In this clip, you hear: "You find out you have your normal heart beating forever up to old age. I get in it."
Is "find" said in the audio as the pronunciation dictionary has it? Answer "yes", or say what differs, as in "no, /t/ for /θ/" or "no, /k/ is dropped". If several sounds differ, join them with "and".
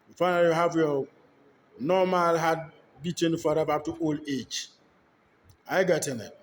no, /d/ is dropped